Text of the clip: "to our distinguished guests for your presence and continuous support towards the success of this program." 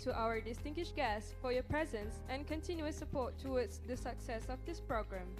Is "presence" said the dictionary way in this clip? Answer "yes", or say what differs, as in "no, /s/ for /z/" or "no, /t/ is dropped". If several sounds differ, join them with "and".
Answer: yes